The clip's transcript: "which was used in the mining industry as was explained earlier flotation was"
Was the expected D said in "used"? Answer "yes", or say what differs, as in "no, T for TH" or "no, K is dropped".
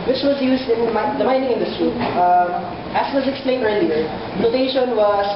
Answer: yes